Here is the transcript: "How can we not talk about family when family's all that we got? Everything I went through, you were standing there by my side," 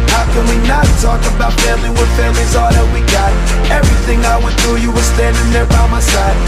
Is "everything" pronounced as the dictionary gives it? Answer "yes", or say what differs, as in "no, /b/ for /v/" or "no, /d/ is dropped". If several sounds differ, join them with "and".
yes